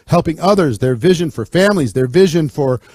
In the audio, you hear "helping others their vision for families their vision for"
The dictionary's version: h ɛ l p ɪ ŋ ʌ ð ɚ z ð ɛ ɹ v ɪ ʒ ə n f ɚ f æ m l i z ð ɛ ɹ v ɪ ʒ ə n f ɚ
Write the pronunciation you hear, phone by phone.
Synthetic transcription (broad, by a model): h ɛ l p ɪ ŋ ʌ ð ɚ z ð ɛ ɹ v ɪ ʒ ə n f ɚ f æ m l i z ð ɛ ɹ v ɪ ʒ ə n f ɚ